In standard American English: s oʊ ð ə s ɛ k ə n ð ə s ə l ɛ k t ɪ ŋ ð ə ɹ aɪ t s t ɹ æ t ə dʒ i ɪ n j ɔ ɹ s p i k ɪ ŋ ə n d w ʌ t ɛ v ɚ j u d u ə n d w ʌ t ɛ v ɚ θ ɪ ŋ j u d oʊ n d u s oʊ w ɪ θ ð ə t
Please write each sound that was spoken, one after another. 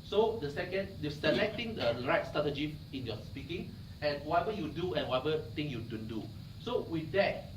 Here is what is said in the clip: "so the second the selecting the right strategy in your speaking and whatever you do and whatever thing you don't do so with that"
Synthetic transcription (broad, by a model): s oʊ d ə s ɛ k ə n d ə s ə l ɛ k t ɪ ŋ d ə ɹ aɪ t s t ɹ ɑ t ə dʒ i ɪ n j ɔ s p i k ɪ ŋ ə n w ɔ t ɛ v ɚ j u d u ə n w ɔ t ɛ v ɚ t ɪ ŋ j u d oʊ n d u s oʊ w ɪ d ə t